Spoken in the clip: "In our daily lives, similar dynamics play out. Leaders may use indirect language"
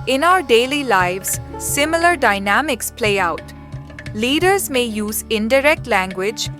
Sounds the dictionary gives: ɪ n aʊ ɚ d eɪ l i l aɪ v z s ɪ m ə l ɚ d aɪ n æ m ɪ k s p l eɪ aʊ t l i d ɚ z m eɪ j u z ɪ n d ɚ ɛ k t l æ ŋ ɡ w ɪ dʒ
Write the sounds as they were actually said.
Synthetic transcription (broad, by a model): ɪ n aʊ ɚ d eɪ l i l aɪ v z s ɪ m ə l ɚ d aɪ n æ m ɪ k s p l eɪ aʊ t l i d ɚ z m eɪ j u z ɪ n d ɚ ɛ k t l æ ŋ ɡ w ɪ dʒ